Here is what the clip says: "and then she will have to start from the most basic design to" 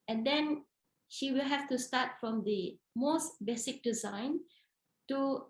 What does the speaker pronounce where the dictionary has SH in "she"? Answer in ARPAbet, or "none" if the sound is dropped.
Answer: SH